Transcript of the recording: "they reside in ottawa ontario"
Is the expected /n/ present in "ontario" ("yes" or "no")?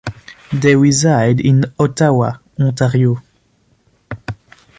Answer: no